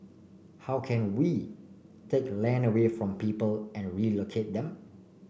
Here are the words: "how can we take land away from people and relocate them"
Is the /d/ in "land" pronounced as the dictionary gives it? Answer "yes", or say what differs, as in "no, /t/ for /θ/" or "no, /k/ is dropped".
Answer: no, /d/ is dropped